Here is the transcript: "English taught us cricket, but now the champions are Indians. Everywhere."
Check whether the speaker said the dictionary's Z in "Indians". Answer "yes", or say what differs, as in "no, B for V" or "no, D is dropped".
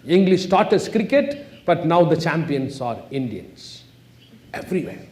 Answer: no, S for Z